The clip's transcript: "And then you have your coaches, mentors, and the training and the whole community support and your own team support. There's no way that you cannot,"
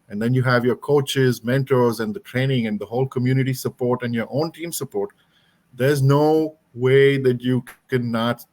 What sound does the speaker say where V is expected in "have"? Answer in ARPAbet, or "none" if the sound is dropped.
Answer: V